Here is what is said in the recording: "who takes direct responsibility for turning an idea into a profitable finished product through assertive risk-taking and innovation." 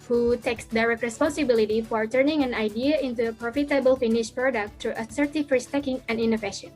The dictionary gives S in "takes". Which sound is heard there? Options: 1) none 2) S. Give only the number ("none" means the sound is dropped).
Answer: 2